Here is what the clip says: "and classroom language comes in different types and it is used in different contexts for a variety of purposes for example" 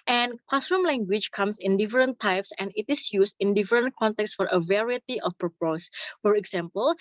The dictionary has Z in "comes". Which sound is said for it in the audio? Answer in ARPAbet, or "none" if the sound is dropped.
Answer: S